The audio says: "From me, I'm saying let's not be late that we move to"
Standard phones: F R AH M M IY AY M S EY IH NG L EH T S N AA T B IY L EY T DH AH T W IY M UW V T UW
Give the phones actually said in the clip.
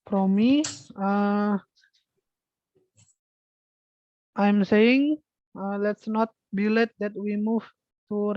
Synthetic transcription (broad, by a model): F R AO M M IY AY M S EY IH NG L EH T S N AA T B IY L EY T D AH T W IY M UW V T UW